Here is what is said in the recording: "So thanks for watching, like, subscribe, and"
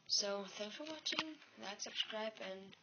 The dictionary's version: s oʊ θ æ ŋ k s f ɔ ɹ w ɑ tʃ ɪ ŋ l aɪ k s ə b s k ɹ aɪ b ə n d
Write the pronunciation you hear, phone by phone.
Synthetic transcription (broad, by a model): s oʊ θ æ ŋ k f ɔ ɹ w ɑ tʃ ɪ ŋ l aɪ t s ə b s k ɹ aɪ b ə n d